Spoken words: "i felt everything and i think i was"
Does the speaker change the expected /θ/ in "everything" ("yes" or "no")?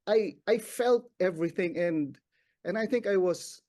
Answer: no